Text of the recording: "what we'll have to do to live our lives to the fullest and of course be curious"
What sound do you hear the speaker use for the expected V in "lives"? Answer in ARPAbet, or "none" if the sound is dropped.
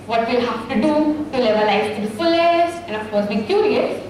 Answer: none